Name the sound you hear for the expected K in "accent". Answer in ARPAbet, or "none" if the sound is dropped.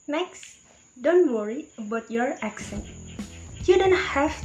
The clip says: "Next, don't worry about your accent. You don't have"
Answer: K